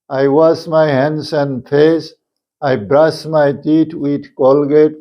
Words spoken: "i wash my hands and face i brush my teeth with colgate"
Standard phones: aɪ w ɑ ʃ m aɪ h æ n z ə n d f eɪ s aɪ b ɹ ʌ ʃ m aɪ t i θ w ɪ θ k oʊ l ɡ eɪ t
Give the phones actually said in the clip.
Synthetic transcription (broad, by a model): aɪ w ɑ s m aɪ h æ n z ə n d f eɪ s aɪ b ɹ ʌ s m aɪ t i t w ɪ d k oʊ l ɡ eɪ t